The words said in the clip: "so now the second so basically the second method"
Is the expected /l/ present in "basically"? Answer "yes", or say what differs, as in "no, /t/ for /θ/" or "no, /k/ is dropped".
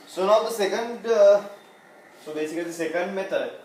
no, /l/ is dropped